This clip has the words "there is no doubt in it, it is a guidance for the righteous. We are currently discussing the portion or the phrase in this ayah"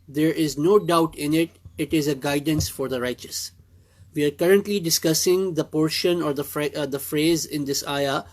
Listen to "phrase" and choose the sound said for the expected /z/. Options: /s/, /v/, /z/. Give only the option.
/z/